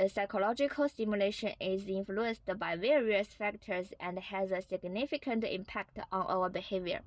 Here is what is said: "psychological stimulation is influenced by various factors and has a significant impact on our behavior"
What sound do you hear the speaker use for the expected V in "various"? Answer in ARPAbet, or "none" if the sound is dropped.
V